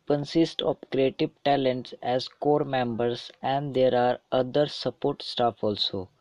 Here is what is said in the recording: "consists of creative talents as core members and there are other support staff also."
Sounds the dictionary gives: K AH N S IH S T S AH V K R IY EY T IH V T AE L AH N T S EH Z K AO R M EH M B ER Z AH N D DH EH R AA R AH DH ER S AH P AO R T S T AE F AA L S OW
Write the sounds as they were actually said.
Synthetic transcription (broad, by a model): K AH N S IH S T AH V K R IY EY T IH V T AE L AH N T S EH Z K AO R M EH M B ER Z AH N D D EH R AA R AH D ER S AH P AO R T S T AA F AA L S OW